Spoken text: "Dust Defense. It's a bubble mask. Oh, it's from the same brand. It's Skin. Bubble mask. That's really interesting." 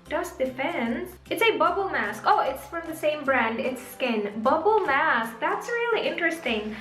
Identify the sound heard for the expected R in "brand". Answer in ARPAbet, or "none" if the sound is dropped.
R